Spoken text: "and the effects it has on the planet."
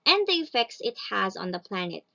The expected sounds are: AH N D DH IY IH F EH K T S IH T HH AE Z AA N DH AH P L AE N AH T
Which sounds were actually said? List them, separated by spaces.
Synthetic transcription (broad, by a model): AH N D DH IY IH F EH K T S IH T HH AE Z AA N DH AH P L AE N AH T